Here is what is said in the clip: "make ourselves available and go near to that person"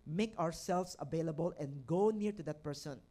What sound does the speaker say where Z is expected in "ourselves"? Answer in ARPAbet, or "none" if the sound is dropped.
S